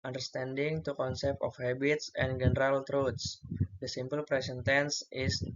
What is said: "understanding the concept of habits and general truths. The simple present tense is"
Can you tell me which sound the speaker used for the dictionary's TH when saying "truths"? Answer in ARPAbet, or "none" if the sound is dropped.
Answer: T